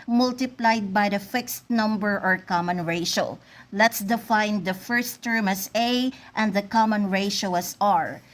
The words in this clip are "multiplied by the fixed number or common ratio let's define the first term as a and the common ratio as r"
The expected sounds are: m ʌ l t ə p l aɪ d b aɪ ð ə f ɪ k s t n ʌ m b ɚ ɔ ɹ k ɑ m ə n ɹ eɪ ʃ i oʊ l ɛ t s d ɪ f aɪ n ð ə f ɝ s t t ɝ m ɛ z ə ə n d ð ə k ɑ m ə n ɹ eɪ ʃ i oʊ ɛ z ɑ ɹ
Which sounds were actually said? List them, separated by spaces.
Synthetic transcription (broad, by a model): m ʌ l t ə p l aɪ d b aɪ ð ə f ɪ k s t n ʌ m b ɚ ɔ ɹ k ɑ m ə n ɹ eɪ ʃ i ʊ l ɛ t s d ɪ f aɪ n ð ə f ɝ s t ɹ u m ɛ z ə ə n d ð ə k ɑ m ə n ɹ eɪ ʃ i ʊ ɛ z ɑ ɹ